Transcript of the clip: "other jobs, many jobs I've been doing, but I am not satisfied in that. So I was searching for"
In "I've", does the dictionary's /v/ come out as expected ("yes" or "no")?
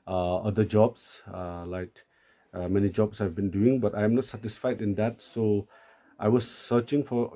yes